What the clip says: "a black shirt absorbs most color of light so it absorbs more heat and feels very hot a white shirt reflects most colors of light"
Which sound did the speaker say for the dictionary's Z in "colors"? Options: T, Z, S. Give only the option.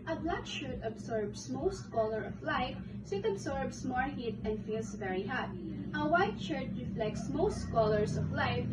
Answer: S